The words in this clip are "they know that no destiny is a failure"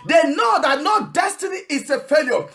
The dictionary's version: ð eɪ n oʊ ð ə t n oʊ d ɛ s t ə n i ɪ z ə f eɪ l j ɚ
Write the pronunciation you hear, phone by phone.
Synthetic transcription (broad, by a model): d eɪ n oʊ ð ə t n oʊ d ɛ s t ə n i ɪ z ə f eɪ l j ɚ